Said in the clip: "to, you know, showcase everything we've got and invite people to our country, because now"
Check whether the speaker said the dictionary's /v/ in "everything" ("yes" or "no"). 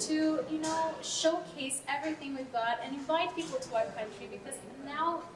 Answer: yes